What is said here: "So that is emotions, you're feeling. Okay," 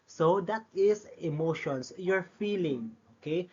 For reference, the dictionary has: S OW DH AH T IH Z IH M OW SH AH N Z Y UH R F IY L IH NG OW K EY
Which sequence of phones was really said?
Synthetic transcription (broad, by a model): S OW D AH T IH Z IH M OW SH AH N S Y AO R F IY L IH NG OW K EY